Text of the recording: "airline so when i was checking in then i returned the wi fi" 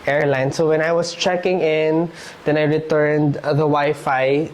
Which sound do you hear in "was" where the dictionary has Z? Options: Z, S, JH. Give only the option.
S